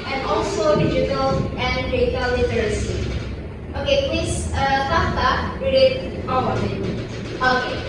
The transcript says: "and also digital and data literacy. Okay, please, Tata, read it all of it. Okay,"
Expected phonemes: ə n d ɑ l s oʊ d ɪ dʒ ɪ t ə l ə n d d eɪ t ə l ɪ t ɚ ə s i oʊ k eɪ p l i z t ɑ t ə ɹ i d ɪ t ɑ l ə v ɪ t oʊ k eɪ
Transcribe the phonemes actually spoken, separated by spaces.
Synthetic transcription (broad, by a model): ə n ɑ l s oʊ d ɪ dʒ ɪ t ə l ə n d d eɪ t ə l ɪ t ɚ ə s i oʊ k eɪ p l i s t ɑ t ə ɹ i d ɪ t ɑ w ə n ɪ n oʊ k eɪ